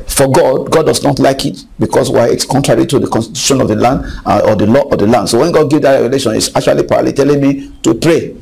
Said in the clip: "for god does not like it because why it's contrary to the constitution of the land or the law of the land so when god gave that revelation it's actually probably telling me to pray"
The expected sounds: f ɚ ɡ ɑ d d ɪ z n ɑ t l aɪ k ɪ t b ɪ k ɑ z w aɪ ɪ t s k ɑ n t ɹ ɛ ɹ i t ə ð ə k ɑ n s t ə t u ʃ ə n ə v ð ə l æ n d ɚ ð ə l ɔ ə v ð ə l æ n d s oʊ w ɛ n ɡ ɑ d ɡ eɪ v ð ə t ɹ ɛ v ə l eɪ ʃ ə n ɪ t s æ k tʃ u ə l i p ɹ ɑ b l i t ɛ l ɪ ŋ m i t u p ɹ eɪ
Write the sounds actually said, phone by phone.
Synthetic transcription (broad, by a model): f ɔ ɡ ɑ d d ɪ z n ɑ t l aɪ k ɪ t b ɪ k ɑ s w aɪ ɪ t s k ɑ n t ɹ ɛ ɹ i t ə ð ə k ɑ n s t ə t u ʃ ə n ə v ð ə l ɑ n d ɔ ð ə l ɔ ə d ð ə l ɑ n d s oʊ w ɛ n ɡ ɑ d ɡ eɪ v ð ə t ɹ ɛ v ə l eɪ ʃ ə n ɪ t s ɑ k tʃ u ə l i p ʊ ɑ l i t ɛ l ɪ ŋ m i t u p ɹ eɪ